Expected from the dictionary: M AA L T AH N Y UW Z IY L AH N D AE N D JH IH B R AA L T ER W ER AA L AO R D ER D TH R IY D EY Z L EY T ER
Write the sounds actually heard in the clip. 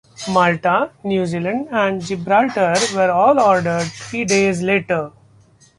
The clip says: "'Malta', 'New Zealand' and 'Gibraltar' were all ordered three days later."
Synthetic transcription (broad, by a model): M AA L T AH N Y UW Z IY L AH N D AE N D JH IH B R AA L T ER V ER AA L AO R D ER D T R IY D EY Z L EY T ER